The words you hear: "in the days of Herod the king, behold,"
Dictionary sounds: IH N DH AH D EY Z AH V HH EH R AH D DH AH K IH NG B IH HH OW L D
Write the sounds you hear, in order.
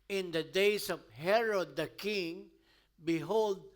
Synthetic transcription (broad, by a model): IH N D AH D EY S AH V HH EH R AH D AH K IH NG B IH HH OW L D